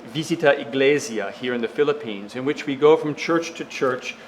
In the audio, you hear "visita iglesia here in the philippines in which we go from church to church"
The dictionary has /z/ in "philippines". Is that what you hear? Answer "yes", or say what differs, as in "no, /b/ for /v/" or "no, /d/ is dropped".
yes